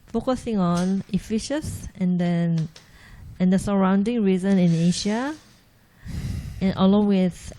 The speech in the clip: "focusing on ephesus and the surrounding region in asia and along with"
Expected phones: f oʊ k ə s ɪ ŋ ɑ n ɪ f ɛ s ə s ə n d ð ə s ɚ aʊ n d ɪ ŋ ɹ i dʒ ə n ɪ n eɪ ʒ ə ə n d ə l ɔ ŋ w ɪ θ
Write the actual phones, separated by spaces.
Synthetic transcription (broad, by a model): f oʊ k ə s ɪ ŋ ɑ n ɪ f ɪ ʃ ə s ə n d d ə s ɚ aʊ n d ɪ ŋ ɹ i z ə n ɪ n eɪ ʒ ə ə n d ə l ɔ ŋ w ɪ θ